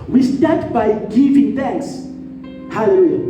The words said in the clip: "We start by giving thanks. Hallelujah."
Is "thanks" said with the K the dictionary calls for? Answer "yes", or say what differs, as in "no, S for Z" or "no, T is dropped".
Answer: yes